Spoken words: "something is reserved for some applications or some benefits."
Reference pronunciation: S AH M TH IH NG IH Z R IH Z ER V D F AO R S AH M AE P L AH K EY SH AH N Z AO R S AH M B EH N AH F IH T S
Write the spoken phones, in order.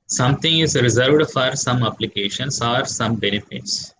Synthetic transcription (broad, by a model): S AH M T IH NG IH Z R IH Z ER V D F AO R S AH M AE P L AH K EY SH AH N S AO R S AH M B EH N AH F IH T S